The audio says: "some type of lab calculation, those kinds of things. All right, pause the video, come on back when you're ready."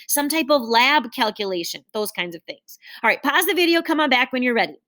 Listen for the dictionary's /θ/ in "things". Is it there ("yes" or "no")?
yes